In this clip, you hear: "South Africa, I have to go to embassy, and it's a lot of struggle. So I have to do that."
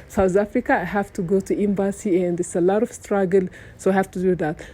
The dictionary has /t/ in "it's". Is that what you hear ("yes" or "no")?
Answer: no